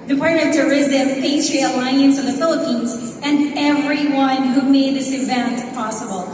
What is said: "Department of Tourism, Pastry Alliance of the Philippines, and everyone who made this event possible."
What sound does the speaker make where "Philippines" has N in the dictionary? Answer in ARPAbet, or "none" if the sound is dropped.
N